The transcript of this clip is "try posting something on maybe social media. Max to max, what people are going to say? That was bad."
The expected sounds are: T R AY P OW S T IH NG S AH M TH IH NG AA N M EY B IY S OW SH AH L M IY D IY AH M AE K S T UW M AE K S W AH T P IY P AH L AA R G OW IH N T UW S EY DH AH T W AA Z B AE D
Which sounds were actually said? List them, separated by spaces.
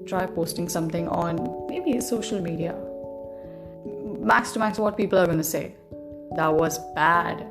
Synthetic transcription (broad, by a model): T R AY P OW S T IH NG S AH M T IH NG AA N M EY B IY S OW SH AH L M IY D IY AH M AE K S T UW M AE K S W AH T P IY P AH L AA R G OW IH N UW S EY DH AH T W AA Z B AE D